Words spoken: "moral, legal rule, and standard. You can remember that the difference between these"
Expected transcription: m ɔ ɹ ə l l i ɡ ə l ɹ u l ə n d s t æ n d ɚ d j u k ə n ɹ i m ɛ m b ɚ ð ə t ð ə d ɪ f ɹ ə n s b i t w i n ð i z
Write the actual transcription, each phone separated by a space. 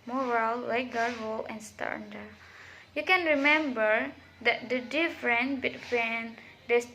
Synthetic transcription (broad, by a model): m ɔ ɹ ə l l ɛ ɡ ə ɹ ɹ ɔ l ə n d s t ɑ n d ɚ j u k ə n ɹ i m ɛ m b ɚ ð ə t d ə d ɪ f ɹ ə n b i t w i n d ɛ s